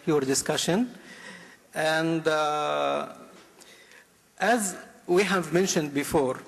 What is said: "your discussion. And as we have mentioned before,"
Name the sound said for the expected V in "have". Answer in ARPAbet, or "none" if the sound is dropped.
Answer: V